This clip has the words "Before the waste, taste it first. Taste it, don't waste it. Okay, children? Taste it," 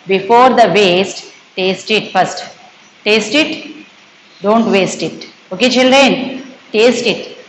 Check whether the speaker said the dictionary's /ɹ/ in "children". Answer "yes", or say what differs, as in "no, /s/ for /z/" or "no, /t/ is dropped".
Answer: yes